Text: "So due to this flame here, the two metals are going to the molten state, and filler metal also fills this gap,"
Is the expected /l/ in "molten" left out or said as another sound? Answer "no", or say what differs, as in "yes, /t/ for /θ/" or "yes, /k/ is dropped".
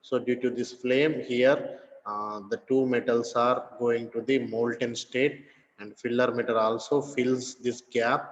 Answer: no